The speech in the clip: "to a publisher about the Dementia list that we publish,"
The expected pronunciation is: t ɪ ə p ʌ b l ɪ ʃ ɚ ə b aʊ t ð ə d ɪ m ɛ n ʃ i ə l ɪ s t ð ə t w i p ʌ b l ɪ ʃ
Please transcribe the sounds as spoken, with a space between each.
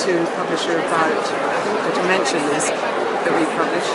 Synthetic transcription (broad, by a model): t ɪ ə p ʌ b l ɪ ʃ ɚ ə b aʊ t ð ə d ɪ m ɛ n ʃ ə n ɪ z ð ə t w i p ʌ b l ɪ ʃ